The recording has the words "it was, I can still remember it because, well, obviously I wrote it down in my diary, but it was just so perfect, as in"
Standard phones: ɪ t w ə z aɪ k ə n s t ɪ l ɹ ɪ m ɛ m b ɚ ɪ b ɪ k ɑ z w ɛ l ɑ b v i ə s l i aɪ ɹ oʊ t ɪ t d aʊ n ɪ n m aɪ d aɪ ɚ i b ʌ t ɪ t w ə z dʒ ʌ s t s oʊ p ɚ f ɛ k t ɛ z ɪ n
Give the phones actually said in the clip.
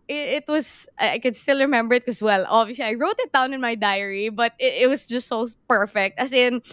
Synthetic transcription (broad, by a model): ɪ t w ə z aɪ k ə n s t ɪ l ɹ ɪ m ɛ m b ɚ ɪ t k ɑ s w ɛ l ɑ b i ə s l i aɪ ɹ oʊ t ɪ t d aʊ n ɪ n m aɪ d aɪ ɚ i b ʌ t ɪ t w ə s dʒ ʌ s t s oʊ p ɚ f ɛ k t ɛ s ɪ n